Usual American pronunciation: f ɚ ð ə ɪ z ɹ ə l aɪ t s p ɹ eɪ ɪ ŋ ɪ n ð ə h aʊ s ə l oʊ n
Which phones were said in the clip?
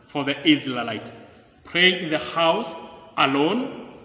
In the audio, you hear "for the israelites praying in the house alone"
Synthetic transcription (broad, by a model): f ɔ ð ə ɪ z l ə l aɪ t p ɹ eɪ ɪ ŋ ɪ n ð ə h aʊ s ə l oʊ n